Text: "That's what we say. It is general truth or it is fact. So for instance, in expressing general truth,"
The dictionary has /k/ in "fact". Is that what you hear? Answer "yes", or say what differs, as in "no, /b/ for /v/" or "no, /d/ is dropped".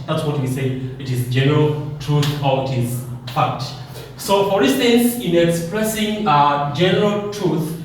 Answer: no, /k/ is dropped